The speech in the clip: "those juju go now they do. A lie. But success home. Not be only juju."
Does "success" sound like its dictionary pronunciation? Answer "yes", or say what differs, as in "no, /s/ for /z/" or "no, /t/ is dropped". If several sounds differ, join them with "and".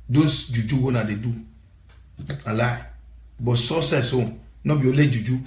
no, /k/ is dropped